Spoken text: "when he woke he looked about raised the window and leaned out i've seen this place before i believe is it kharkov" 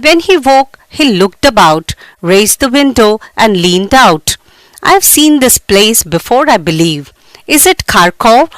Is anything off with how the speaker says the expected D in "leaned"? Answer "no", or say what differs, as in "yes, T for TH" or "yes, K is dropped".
no